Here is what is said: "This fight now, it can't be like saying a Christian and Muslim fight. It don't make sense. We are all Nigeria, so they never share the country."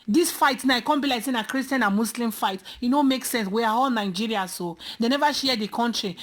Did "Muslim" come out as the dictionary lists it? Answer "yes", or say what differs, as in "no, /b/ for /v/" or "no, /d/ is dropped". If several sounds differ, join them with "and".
no, /s/ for /z/